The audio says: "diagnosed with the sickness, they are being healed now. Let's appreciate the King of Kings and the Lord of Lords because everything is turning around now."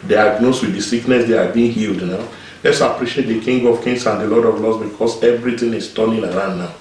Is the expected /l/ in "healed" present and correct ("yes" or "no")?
yes